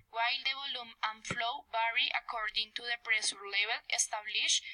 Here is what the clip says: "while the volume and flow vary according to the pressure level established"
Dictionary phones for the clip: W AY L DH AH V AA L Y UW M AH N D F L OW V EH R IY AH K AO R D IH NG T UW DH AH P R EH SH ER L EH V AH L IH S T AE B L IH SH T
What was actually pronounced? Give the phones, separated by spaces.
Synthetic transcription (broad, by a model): W AY L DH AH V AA L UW M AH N F L OW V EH R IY AH K AO R D IH NG T UW DH AH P R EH S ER L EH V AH L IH S T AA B L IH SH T